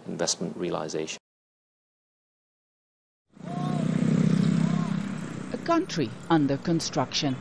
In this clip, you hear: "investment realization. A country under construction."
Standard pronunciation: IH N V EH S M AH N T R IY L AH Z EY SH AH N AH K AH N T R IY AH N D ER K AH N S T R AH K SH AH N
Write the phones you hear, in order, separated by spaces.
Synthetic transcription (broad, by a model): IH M V EH S M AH N T R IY L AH Z EY AH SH AH K AH N T R IY AH N D ER K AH N S T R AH K SH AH N